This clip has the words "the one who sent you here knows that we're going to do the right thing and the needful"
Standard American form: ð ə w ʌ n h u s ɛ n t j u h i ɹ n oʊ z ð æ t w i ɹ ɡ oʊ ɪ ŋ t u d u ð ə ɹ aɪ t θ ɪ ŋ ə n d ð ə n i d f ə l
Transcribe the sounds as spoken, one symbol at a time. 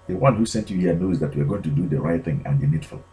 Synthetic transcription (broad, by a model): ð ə w ʌ n h u s ɛ n t j u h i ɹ n oʊ z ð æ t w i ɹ ɡ oʊ ɪ ŋ t u d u ð ə ɹ aɪ t θ ɪ ŋ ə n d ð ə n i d f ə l